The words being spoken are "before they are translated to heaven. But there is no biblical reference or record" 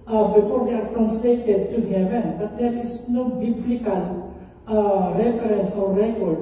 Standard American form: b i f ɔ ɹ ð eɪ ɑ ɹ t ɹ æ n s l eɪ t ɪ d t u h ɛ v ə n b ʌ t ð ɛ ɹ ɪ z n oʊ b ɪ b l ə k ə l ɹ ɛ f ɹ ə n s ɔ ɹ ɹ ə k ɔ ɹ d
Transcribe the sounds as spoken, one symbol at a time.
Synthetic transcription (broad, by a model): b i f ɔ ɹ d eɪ ɑ ɹ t æ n s l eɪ t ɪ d t u h ɛ v ə n b ʌ t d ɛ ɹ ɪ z n oʊ b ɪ b l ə k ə l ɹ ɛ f ɹ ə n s ɔ ɹ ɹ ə k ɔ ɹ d